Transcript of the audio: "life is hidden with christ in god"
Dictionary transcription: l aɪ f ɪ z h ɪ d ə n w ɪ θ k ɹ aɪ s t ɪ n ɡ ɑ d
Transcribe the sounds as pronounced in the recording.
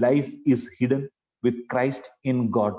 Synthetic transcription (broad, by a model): l aɪ f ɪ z h ɪ d ə n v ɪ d k ɹ aɪ s t ɪ n ɡ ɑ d